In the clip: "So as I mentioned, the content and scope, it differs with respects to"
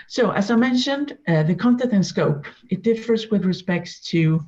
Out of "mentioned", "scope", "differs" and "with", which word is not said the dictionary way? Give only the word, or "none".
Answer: none